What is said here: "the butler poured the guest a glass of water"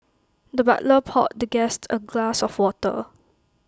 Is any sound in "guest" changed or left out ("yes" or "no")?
no